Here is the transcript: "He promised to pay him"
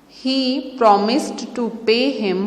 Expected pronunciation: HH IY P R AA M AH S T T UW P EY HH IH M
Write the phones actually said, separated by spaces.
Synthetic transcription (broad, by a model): HH IY P R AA M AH S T T UW P EY HH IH M